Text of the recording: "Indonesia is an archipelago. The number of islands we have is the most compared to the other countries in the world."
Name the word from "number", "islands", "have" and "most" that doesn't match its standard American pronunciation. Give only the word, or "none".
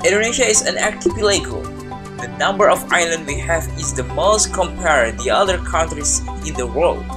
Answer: islands